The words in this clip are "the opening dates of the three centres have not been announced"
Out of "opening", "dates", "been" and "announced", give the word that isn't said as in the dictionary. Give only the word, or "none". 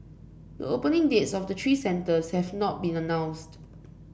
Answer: none